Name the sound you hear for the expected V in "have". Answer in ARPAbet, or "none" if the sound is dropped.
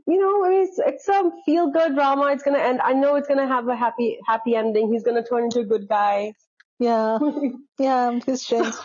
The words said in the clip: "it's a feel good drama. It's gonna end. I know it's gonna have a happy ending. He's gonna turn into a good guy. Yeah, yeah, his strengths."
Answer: P